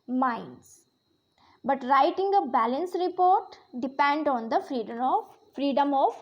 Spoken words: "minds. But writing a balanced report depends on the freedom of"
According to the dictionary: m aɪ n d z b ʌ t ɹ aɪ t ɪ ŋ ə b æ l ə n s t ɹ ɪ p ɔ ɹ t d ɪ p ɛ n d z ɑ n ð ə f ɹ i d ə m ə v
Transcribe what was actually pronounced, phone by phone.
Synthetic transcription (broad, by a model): m aɪ n d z b ʌ t ɹ aɪ t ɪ ŋ ə b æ l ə n s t ɹ ɪ p ɔ ɹ t d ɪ p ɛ n d ɑ n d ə f ɹ i d ə m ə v